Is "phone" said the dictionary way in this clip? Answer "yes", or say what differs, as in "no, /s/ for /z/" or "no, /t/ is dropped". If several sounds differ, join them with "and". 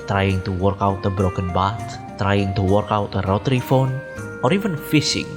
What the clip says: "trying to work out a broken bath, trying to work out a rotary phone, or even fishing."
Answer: yes